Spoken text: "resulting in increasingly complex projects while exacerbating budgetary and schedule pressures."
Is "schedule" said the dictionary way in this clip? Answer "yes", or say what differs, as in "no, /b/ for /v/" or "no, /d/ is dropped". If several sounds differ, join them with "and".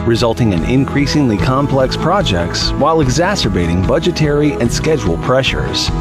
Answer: yes